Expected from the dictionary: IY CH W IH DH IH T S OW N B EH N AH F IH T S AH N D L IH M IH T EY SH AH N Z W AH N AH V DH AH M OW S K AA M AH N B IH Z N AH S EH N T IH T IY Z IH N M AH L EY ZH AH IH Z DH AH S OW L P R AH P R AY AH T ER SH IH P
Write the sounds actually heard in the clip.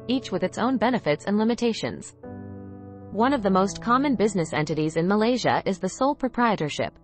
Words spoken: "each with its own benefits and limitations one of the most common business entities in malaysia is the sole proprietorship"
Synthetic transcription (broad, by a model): IY CH W IH DH IH T S OW N B EH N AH F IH T S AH N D L IH M IH T EY SH AH N Z W AH N AH V DH AH M OW S K AA M AH N B IH Z N AH S EH N T IH T IY Z IH N M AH L EY ZH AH IH Z DH AH S OW L P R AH P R AY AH T ER SH IH P